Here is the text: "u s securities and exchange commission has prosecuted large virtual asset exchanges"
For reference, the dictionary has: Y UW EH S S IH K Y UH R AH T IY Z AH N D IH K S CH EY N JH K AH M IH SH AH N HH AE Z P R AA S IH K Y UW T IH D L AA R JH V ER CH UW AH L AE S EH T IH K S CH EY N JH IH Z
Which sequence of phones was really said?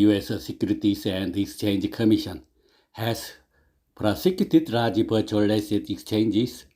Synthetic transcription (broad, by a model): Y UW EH S S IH K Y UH R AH T IY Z AH N D IH K S CH EY N JH K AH M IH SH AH N HH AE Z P R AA S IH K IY T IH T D AA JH P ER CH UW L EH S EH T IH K S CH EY N JH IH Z